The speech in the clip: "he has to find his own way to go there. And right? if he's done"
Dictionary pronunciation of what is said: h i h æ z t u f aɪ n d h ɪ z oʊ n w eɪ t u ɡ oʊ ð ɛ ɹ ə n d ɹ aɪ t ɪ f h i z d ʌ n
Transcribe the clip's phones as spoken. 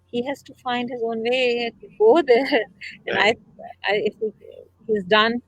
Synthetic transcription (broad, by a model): h i h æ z t u f aɪ n d h ɪ z oʊ n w eɪ t u ɡ oʊ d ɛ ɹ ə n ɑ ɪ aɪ ɪ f h i z d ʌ n